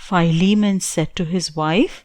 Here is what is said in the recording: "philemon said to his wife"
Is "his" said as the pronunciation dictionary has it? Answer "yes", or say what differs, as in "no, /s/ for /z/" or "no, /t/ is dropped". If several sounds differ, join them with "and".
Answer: yes